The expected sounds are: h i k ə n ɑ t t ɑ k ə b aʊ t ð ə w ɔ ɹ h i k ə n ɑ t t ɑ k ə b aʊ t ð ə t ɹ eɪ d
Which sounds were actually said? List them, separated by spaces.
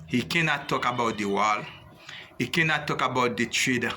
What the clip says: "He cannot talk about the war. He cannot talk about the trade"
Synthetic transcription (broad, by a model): h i k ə n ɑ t t ɑ k ə b aʊ t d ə w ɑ l h i k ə n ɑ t t ɑ k ə b aʊ t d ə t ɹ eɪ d